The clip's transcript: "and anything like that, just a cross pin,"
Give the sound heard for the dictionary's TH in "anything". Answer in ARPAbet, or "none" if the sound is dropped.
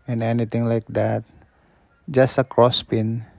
T